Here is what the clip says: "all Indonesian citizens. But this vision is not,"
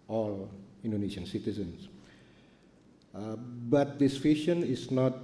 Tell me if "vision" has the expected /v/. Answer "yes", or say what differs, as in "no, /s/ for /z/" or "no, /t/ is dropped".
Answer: no, /f/ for /v/